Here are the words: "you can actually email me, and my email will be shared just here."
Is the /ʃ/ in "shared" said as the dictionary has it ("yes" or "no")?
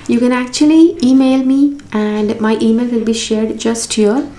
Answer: yes